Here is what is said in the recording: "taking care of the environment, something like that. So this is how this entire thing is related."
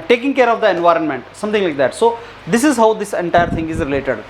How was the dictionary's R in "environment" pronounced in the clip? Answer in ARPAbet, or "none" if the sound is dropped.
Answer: R